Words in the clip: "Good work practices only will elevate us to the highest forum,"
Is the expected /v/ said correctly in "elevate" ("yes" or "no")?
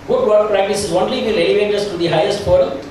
yes